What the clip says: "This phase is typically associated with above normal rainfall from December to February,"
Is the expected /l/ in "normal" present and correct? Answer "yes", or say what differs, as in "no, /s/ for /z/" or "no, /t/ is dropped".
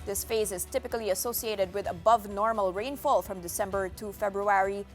yes